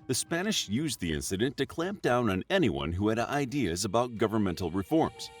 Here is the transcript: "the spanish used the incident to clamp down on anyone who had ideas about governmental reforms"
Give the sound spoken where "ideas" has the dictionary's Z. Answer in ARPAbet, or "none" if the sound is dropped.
Z